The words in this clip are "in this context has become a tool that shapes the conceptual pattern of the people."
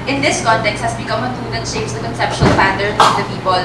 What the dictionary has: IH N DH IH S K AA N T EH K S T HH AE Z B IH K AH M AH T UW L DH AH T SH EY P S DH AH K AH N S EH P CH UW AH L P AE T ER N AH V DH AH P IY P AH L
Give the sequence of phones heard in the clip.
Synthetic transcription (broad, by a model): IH N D IH S K AA N T EH K S T HH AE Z B IH K AH M AH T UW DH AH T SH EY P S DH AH K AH N S EH P SH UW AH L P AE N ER AH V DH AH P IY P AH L